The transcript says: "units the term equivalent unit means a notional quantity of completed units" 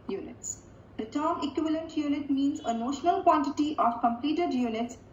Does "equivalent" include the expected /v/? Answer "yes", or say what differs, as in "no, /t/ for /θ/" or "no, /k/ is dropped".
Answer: yes